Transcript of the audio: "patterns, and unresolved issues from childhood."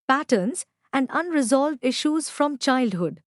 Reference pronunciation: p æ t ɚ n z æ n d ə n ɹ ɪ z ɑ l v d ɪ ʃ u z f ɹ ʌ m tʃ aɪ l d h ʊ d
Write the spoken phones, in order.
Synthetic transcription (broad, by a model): p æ t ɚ n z æ n d ə n ɹ ɪ z ɑ l v d ɪ ʃ u z f ɹ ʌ m tʃ aɪ l d h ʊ d